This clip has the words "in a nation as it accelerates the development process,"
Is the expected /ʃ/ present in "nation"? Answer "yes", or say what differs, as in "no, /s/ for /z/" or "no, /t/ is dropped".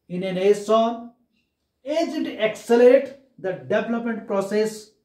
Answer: no, /s/ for /ʃ/